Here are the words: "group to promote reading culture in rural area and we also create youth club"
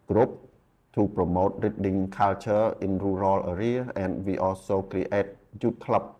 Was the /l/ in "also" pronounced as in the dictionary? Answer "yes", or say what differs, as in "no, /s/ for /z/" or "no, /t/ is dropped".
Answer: no, /l/ is dropped